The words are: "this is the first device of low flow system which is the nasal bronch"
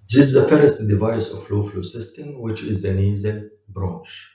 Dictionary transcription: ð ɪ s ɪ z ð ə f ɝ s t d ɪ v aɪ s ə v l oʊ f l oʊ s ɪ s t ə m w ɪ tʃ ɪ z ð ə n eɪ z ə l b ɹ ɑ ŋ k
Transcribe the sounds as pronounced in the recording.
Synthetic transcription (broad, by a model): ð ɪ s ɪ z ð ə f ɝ s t d ɪ v aɪ s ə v l oʊ f l oʊ s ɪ s t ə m w ɪ tʃ ɪ z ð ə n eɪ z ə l b ɹ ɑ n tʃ